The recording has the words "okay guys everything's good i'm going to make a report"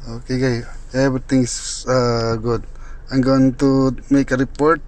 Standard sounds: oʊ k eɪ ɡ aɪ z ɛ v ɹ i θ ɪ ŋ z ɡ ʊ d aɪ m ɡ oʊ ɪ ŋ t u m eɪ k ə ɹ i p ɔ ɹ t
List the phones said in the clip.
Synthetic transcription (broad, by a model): oʊ k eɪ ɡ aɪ ɛ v ɹ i t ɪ ŋ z ɡ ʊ d aɪ m ɡ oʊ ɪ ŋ t u m eɪ k ə ɹ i p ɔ ɹ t